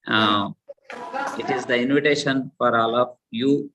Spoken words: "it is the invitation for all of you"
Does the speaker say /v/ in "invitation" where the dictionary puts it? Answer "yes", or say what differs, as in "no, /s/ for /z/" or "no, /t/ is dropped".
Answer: yes